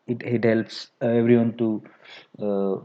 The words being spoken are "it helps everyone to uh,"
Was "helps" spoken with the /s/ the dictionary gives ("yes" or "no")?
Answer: yes